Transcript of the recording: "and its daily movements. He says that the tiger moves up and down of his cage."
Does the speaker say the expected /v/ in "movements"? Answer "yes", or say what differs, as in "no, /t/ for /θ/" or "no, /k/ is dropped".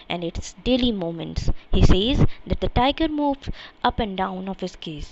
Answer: no, /v/ is dropped